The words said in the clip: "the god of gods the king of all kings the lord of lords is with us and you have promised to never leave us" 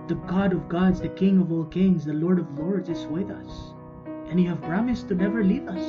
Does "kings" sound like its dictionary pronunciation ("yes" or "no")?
yes